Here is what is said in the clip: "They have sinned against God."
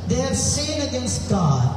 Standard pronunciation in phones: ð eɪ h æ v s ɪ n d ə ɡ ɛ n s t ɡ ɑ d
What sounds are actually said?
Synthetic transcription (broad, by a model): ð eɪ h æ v s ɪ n ə ɡ ɛ n s t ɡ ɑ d